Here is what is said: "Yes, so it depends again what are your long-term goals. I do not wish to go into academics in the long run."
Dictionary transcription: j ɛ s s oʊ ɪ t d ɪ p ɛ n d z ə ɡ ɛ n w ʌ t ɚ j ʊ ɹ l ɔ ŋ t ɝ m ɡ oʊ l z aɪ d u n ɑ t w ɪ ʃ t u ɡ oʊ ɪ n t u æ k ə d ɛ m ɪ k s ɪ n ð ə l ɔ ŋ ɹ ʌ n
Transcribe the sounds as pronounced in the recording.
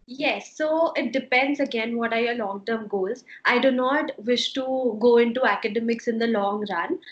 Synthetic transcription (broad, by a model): j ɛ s s oʊ ɪ t d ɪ p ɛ n d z ə ɡ ɛ n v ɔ t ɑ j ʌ l ɔ ŋ t ɝ m ɡ oʊ z aɪ d u n ɑ t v ɪ ʃ t u ɡ oʊ ɪ n t u æ k ə d ɛ m ɪ k s ɪ n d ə l ɔ ŋ ɹ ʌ n